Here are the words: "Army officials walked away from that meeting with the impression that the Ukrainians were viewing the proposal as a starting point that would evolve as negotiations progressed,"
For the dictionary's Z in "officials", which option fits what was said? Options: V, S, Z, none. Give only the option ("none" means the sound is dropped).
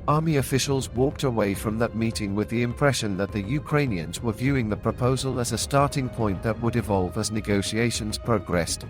Z